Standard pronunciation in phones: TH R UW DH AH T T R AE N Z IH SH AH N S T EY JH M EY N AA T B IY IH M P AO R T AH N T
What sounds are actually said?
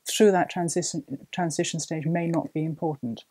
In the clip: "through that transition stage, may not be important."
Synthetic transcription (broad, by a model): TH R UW DH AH T T R AE N Z IH SH AH N S T EY JH M EY N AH T B IY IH M P AO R T N T